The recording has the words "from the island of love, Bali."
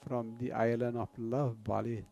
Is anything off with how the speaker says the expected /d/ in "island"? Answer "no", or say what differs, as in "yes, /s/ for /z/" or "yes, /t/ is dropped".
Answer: yes, /d/ is dropped